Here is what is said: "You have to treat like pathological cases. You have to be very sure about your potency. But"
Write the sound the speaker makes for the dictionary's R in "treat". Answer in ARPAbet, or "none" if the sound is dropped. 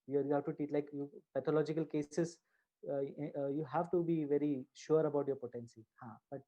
none